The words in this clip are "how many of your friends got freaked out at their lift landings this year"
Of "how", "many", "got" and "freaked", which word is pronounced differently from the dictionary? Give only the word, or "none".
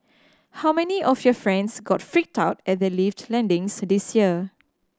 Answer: none